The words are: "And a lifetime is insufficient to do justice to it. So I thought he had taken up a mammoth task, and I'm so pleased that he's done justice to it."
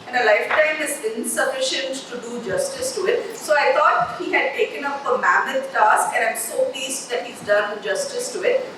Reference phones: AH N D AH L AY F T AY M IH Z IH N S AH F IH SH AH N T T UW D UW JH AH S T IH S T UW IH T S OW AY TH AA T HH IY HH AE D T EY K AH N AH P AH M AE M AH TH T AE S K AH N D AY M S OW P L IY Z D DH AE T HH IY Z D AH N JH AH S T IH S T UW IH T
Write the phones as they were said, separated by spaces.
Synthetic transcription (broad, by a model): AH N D AH L AY F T AY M IH Z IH N S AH F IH SH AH N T T UW D UW JH AH S T IH S T UW IH T S OW AY T AA T HH IY HH AE D T EY K AH N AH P AH M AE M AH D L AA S AH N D AY M S OW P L IY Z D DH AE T HH IY Z D AH N JH AH S T IH S T UW IH T